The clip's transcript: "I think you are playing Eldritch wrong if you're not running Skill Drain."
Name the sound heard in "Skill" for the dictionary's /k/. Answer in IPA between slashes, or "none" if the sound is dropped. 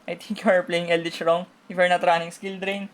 /k/